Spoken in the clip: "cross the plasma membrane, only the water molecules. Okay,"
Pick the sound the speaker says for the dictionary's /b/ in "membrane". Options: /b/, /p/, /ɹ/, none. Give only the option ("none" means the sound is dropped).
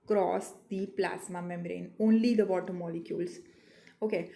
none